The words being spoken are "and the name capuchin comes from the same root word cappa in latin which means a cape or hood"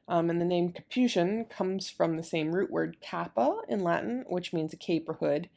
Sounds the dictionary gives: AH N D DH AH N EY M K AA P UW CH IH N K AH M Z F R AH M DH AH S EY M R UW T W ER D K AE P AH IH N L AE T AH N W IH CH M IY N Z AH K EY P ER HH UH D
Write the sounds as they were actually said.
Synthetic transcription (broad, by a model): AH N DH AH N EY M K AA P UW SH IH N K AH M Z F R AH M DH AH S EY M R UW T W ER D K AE P AH IH N L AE T N W IH CH M IY N Z AH K EY P ER HH UH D